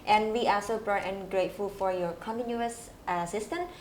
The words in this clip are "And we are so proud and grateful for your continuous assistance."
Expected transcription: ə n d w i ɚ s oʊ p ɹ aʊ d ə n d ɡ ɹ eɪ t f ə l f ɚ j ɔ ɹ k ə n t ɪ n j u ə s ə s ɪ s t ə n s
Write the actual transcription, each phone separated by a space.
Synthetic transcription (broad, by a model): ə n w i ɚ s oʊ b ɹ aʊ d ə n ɡ ɹ eɪ t f ə l f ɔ j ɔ k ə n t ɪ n j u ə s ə s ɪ s t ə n